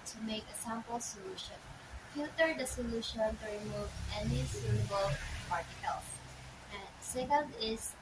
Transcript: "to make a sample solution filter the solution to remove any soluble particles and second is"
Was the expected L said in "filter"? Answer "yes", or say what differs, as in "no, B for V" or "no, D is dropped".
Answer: no, L is dropped